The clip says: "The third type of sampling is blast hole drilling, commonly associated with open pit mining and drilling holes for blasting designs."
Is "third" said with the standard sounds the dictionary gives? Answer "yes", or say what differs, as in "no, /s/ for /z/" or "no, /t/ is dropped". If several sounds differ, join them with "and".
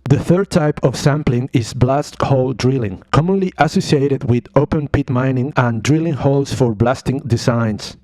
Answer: yes